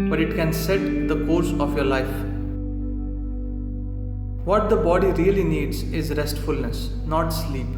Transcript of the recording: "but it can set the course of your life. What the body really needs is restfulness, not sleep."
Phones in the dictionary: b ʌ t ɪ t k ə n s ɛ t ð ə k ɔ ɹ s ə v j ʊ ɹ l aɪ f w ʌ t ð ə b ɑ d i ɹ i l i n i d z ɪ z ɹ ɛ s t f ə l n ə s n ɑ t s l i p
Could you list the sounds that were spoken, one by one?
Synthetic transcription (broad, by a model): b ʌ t ɪ t k ə n s ɛ t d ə k ɔ ɹ s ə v j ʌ ɹ l aɪ f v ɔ t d ə b ɑ d i ɹ i l i n i d z ɪ z ɹ ɛ s t f ə l n ə s n ɑ t s l i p